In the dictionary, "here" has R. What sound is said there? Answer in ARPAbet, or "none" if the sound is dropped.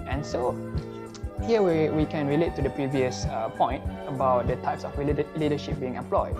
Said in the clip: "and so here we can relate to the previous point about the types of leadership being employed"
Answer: W